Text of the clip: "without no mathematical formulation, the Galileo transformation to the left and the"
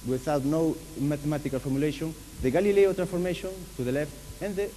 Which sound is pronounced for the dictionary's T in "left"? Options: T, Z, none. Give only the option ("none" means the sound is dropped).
T